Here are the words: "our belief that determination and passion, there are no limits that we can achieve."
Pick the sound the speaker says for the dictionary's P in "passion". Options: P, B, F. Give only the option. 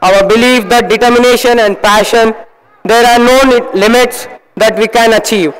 P